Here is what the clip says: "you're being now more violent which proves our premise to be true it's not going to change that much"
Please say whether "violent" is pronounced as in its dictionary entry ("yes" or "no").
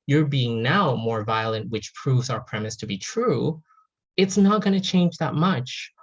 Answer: yes